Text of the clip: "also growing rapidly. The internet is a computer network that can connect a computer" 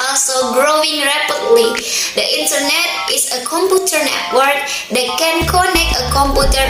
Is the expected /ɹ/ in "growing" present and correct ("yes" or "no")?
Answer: yes